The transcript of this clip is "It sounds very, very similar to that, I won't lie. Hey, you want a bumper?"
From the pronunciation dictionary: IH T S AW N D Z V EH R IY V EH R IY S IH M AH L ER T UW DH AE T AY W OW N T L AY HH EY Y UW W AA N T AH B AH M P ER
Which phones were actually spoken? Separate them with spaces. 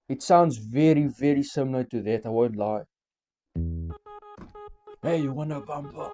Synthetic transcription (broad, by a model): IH T S AW N D Z V EH R IY V EH R IY S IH M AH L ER T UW DH AE T AY W OW N T L AY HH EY Y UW W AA N AH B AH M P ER